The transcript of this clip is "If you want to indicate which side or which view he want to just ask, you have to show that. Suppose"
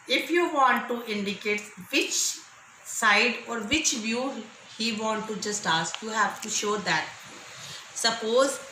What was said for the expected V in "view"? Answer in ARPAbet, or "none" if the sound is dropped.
V